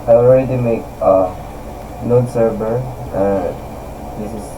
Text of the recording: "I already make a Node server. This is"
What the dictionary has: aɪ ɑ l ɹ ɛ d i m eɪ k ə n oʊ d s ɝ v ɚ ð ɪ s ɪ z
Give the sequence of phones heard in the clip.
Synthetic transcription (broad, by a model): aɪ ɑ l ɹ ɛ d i m eɪ k ə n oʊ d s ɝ b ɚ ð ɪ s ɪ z